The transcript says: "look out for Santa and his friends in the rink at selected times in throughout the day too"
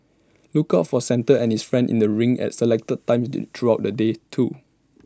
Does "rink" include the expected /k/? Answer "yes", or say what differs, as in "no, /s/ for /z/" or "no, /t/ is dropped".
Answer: no, /k/ is dropped